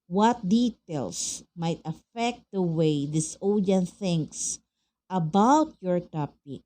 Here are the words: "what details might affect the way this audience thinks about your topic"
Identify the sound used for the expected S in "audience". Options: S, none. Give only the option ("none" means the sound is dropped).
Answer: none